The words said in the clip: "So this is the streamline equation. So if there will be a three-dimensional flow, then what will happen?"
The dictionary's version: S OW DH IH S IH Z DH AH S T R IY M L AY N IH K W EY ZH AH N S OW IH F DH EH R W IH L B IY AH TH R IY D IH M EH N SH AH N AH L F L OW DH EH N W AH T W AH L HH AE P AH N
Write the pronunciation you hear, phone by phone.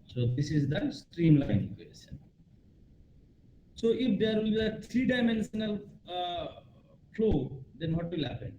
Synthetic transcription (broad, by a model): S OW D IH S IH Z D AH S T R IY M L AY N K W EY S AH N S OW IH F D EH R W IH L B IY AH T R IY D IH M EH N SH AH N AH L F L OW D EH N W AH T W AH L HH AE P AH N